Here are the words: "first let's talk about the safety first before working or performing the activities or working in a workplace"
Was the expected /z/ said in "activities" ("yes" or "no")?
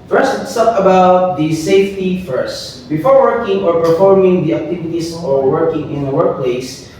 no